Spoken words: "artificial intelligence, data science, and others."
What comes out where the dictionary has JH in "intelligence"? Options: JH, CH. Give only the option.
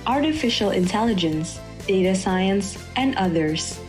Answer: JH